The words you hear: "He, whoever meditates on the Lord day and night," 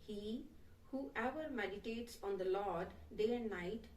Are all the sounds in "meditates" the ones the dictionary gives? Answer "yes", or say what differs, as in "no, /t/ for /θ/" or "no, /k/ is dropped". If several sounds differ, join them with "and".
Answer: yes